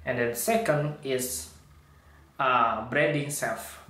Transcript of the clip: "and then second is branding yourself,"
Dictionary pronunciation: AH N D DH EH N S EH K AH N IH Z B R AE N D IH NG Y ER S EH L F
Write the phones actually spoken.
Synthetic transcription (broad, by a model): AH N D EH N S EH K AH N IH S B R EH D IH NG S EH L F